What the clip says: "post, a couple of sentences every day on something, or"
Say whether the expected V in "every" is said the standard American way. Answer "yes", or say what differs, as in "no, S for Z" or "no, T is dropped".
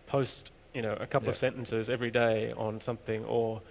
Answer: yes